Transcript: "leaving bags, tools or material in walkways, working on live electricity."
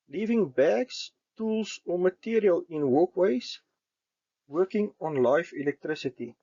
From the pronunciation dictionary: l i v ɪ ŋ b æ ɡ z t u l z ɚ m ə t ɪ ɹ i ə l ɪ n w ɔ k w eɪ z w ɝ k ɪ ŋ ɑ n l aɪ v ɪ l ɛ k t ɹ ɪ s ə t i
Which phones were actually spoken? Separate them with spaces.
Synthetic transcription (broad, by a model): l i v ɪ ŋ b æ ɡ s t u l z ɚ m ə t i ɹ i ə l ɪ n w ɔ k w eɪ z w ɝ k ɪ ŋ ɑ n l aɪ f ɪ l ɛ k t ɹ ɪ s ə t i